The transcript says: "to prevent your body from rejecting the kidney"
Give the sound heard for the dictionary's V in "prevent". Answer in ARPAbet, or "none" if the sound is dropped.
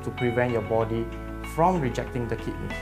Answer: V